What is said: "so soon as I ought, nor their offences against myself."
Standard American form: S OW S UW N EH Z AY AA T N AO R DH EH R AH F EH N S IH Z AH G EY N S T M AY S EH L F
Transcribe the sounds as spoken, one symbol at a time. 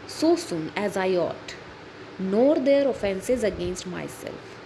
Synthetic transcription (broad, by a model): S OW S UW N EH Z AY AA T N AO R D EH R AH F EH N S IH Z AH G EY N S T M AY S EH L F